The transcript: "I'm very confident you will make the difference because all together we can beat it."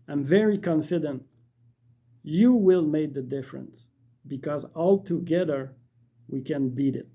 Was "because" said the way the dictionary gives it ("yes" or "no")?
yes